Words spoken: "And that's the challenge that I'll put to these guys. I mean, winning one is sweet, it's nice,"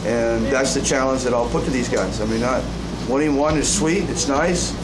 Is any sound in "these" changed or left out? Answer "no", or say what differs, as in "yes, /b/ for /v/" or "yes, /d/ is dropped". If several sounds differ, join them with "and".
no